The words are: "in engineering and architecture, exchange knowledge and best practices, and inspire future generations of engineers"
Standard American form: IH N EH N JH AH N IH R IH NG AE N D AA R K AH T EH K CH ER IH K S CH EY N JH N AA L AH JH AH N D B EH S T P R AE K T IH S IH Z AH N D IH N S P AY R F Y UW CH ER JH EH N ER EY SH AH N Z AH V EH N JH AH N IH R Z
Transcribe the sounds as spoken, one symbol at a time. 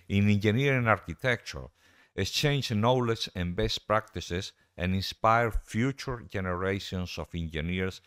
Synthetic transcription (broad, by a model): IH N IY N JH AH N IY R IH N AA R K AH T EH K CH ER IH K S CH EY N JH N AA L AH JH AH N B EH S T P R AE K T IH S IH S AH N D IH N S P AY R F Y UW CH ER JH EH N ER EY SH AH N S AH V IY N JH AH N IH R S